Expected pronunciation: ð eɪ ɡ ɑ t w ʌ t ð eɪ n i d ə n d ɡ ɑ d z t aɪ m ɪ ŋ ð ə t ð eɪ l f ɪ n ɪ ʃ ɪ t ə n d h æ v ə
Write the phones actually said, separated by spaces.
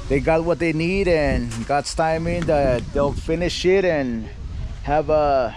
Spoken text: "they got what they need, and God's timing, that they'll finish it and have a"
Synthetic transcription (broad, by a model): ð eɪ ɡ ɑ t w ʌ t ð eɪ n i d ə n ɡ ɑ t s t aɪ m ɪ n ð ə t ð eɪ l f ɪ n ɪ ʃ ɪ t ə n h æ v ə